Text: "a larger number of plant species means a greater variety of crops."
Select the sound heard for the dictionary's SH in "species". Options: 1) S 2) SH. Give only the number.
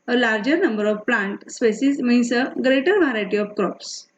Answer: 1